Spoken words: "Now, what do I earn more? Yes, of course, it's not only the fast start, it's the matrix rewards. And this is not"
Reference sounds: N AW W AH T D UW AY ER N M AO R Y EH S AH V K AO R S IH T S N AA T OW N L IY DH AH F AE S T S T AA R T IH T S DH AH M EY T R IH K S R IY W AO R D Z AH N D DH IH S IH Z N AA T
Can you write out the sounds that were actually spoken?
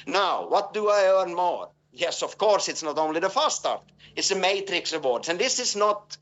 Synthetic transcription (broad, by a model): N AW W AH T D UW AY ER N M AO R Y EH S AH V K AO R S IH T S N AA T OW N L IY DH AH F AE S S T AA R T IH T S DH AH M EY T R IH K S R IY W AO R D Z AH N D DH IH S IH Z N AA T